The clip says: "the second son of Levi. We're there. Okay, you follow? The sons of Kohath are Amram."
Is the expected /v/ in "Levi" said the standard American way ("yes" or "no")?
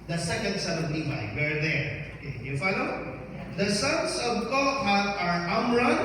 no